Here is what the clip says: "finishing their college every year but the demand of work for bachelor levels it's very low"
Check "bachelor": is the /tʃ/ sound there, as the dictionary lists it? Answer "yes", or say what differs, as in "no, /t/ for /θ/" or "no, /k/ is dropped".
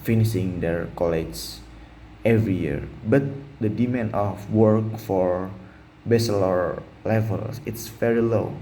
no, /s/ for /tʃ/